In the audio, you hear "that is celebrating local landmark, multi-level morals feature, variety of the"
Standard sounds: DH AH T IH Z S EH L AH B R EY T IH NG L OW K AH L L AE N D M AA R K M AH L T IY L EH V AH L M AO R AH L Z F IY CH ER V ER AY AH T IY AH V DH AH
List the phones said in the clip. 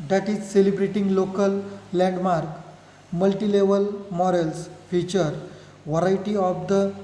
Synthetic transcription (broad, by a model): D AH T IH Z S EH L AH B R EY T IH NG L OW K AH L L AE N D M AA R K M AH L T IY L EH V AH L M AO R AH L S F IY CH ER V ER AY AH T IY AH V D AH